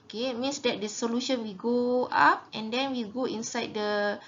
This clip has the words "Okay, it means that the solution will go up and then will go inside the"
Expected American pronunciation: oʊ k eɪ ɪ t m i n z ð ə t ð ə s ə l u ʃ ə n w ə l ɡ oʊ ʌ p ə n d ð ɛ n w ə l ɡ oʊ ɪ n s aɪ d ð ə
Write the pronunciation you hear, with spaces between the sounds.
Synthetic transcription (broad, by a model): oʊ k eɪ ɪ t m i n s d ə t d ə s ə l u ʃ ə n w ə ɡ oʊ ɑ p ə n d ɛ n w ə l ɡ oʊ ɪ n s aɪ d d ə